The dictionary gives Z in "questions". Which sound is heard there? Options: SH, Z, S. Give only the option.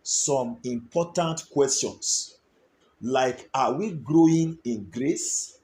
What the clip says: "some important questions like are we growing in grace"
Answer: S